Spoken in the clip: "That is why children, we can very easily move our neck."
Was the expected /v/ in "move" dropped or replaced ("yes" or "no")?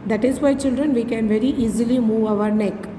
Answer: no